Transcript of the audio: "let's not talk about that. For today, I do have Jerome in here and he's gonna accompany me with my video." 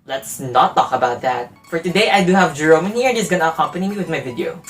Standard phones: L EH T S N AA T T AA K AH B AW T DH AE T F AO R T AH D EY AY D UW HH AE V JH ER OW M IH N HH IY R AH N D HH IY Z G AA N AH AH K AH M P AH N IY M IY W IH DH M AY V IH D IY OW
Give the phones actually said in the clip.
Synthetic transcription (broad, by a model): L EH T S N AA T T AA K AH B AW T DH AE T F AO R T AH D EY AY D UW HH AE V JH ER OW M IH N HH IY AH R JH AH S G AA N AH AH K AH M P AH N IY M IY W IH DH M AY V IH D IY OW